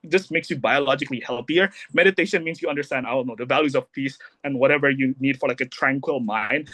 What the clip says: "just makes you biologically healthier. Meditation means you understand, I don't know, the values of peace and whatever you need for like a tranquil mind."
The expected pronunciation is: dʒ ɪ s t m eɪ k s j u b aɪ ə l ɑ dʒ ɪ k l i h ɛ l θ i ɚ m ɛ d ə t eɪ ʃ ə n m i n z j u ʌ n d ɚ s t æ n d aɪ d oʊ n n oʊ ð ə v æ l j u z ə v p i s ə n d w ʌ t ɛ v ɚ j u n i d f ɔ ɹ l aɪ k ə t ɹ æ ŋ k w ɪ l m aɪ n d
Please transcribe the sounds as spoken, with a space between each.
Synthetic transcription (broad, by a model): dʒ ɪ s m eɪ k s j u b aɪ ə l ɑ dʒ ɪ k l i h ɛ l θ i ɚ m ɛ d ə t eɪ ʃ ə n m i n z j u ʌ n d ɚ s t æ n d aɪ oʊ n n oʊ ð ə v æ l j u z ə v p i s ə n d w ʌ t ɛ v ɚ j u n i d f ɔ ɹ l aɪ k ə t ɹ æ ŋ k w ɪ l m aɪ n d